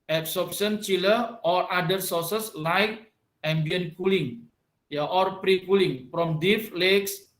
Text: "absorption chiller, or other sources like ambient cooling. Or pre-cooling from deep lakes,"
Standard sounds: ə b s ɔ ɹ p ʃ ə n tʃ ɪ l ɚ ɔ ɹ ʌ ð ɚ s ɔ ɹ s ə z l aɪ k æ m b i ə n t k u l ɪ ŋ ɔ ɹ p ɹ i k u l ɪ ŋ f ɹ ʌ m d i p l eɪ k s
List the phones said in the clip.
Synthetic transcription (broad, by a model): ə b s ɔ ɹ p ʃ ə n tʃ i l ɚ ɔ ɹ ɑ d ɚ s ɔ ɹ s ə s l aɪ k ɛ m b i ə n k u l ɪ ŋ ɔ ɹ p ɹ i k u l ɪ ŋ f ɹ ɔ m d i f l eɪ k s